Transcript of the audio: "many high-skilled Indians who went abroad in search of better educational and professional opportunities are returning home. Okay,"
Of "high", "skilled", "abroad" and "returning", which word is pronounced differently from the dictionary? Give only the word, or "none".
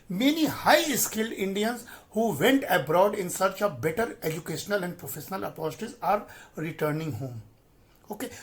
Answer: none